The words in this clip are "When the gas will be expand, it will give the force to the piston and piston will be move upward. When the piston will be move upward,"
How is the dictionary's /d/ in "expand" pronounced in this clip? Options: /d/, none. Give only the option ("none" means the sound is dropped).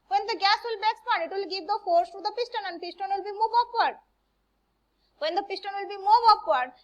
none